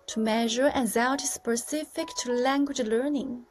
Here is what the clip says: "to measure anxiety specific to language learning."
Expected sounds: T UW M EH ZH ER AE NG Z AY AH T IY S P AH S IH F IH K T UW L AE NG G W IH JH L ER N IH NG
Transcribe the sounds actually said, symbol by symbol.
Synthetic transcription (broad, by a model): T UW M EH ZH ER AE Z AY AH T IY S P AH S IH F IH K T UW L AE NG G W IH JH L ER N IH NG